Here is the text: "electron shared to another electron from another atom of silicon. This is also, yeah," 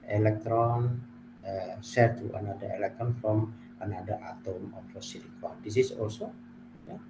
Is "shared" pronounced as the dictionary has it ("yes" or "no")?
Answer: no